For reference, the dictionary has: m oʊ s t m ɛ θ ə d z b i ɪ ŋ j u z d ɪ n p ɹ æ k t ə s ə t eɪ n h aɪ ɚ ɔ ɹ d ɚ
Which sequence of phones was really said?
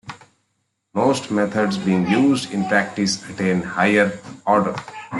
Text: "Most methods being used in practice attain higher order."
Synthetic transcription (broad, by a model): m oʊ s t m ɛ t ə d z b i ɪ ŋ j u z d ɪ n p ɹ æ k t ə s ə t eɪ n h aɪ ɚ ɔ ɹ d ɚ